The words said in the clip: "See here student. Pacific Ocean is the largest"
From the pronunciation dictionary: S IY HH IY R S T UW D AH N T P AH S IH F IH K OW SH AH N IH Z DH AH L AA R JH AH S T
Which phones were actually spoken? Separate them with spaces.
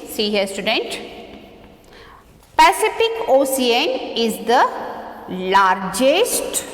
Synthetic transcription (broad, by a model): S IY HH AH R S T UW D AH N T P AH S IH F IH K OW S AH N IH Z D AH L AA R JH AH S T